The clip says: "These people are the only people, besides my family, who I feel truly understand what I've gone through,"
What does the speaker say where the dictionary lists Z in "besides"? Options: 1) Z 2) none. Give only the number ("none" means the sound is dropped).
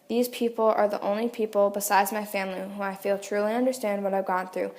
1